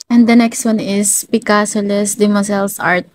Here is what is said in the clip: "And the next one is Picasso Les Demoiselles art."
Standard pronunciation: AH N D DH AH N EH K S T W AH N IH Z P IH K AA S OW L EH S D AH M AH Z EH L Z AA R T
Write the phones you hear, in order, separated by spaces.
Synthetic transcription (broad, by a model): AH N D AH N EH K S T W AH N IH S P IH K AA S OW L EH S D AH M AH S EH L S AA R T